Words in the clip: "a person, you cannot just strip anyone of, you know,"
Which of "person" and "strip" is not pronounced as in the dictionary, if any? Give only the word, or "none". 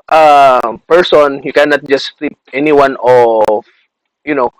strip